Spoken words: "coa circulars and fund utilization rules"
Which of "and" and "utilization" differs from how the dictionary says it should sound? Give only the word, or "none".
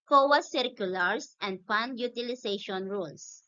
utilization